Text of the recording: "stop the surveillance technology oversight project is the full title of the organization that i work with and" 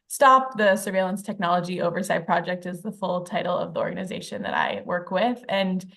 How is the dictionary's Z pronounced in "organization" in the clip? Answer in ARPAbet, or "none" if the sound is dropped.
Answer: Z